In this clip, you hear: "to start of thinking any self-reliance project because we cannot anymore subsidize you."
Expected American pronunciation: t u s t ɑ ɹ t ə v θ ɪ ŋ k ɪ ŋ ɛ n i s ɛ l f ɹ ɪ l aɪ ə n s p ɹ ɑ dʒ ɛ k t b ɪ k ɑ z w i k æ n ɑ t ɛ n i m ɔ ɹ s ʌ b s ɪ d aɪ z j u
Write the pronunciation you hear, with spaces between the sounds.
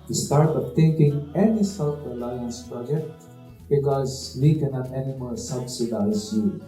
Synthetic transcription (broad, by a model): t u s t ɑ ɹ t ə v t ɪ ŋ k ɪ ŋ ɛ n i s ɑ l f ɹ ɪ l aɪ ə n s p ɹ ɑ dʒ ɛ k t b ɪ k ɑ z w i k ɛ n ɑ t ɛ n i m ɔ l s ʌ b s ɪ d aɪ z j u